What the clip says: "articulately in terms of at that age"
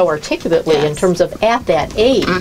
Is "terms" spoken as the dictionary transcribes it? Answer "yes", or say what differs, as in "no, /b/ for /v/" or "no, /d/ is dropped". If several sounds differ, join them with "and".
yes